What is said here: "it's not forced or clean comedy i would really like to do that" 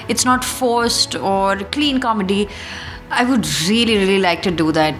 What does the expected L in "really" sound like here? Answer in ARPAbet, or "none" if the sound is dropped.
L